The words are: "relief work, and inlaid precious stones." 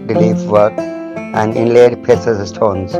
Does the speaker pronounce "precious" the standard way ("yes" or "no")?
no